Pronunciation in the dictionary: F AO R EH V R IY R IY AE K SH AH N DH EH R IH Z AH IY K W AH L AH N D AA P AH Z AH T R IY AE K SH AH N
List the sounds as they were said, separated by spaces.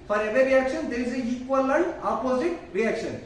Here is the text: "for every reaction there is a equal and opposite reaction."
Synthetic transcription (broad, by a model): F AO R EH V IY R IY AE K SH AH N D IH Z AH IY K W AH L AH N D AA P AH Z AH T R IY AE K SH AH N